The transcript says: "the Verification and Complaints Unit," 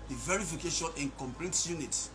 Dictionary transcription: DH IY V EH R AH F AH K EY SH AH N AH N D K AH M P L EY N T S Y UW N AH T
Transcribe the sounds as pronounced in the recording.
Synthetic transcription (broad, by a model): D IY V EH R AH F AH K EY SH AH N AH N K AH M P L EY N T Y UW N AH T